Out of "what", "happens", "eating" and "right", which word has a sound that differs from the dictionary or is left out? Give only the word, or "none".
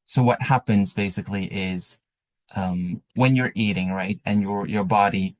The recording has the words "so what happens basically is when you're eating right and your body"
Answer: none